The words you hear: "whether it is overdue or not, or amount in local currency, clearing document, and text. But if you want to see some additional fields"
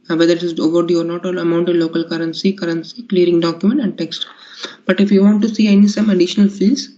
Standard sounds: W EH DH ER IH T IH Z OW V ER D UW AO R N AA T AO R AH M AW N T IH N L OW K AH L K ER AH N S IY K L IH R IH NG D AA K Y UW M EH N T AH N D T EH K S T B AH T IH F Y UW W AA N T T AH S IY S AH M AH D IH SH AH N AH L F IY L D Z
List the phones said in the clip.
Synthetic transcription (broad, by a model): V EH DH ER IH T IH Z OW V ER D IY AO R N AA T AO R AH M AW N T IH L OW K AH L K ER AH N S IY K L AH R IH NG D AA K Y UW M EH N T AH N D T EH K S T B AH T IH F Y UW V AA N T S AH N IY S AH M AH D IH SH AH N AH L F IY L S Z